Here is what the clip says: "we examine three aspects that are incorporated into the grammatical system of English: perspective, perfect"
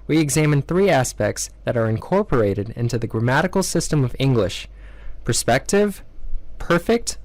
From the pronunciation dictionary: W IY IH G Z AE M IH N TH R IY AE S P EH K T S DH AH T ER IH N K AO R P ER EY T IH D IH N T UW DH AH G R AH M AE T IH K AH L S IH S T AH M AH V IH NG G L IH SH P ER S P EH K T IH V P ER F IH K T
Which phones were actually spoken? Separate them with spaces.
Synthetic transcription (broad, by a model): W IY IH G Z AE M IH N TH R IY AE S P EH K T S DH AH T ER IH N K AO R P ER EY T IH D IH N T UW DH AH G R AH M AE T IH K L S IH S T AH M AH V IH NG G L IH SH P ER S P EH K T IH V P ER F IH K T